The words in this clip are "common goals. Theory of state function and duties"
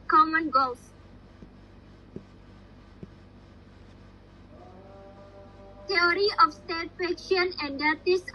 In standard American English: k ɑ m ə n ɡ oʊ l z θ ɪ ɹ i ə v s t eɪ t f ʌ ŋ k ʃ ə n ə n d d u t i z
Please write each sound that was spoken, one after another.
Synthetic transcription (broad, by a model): k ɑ m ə n ɡ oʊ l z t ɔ ɹ i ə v s t eɪ t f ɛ k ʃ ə n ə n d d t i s